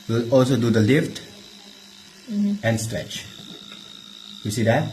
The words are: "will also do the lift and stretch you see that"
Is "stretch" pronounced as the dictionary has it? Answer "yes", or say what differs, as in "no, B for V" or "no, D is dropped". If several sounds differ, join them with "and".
yes